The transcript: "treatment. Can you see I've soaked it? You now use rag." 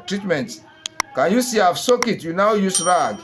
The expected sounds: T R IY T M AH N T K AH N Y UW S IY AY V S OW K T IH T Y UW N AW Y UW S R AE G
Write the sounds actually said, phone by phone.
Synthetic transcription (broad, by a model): T R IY T M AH N T K AH N Y UW S IY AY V S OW K IH T Y UW N AW Y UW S R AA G